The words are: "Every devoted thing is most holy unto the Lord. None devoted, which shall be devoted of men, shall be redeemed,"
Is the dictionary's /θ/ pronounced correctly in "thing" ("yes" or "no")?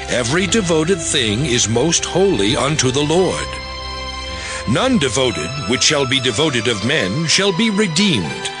yes